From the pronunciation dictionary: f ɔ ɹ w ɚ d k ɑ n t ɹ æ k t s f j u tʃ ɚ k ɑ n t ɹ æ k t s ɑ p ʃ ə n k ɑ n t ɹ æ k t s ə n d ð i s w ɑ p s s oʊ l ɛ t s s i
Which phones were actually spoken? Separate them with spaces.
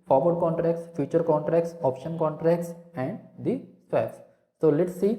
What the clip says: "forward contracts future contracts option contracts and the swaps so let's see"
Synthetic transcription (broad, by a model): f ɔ ɹ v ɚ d k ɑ n t ɹ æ k t s f j u tʃ ɚ k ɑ n t ɹ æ k t s ɑ p ʃ ə n k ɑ n t ɹ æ k t s ə n d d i s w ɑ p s s oʊ l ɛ t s s i